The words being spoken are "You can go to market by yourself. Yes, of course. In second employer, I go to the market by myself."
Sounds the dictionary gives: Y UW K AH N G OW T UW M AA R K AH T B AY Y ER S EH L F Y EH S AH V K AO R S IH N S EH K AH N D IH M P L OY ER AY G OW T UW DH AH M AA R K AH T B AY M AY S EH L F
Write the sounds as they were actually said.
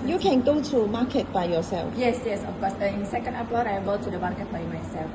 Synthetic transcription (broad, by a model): Y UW K AH N G OW T UW M AA K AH T B AY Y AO S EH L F Y EH S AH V K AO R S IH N S EH K AH N D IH P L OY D AY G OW T UW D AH M AA R K AH T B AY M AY S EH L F